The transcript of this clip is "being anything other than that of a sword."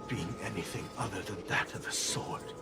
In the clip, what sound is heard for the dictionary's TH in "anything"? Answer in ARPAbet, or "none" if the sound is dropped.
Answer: TH